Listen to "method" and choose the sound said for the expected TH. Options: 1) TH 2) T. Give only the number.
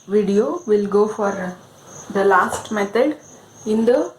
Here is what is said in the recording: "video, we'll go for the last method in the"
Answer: 2